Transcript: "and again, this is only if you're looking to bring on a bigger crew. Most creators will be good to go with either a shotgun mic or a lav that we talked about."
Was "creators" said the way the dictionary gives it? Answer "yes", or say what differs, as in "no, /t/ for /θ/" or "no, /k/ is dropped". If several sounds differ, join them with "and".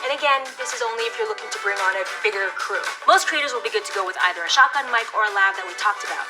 yes